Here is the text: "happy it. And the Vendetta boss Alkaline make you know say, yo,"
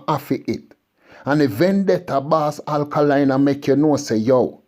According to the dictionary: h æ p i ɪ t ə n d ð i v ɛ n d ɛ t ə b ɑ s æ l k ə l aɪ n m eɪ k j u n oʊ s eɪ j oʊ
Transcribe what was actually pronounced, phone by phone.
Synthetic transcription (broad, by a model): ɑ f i ɪ t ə n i v ɛ n d ɛ t ə b ɑ s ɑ l k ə l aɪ n m eɪ k j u n oʊ s eɪ j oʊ